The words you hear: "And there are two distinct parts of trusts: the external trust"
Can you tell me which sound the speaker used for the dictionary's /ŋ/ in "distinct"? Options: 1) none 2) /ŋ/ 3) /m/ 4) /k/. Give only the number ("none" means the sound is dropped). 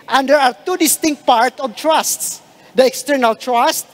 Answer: 2